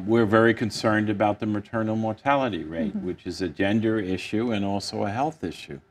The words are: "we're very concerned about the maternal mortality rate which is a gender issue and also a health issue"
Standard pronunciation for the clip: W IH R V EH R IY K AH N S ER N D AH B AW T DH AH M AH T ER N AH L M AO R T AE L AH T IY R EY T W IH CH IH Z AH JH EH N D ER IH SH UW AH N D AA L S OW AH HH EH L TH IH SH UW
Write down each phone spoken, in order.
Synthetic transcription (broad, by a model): W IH R V EH R IY K AH N S ER N D AH B AW T DH AH M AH T ER N L M AO R T AE L AH T IY R EY T W IH CH IH Z AH JH EH N D ER IH SH UW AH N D AA L S OW AH HH EH L TH IH SH UW